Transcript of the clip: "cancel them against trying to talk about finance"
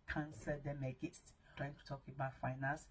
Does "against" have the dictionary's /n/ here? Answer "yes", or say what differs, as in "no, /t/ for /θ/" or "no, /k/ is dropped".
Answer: no, /n/ is dropped